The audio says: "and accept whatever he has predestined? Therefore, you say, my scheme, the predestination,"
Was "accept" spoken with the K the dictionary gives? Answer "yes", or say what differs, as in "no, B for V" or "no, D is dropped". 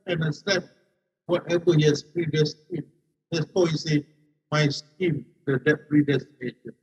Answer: no, K is dropped